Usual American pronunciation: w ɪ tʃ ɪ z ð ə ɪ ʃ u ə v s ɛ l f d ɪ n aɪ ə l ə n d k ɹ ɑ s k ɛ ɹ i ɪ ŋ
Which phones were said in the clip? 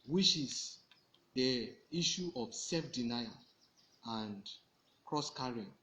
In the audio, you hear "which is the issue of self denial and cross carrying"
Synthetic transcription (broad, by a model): w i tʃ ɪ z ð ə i ʃ u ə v s ɛ l f d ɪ n aɪ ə ə n d k ɹ ɑ s k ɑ ɹ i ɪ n